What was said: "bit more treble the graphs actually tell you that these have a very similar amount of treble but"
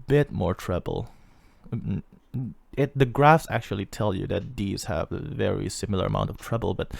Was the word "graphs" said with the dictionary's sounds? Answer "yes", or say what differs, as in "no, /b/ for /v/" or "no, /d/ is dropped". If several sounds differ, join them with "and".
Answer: yes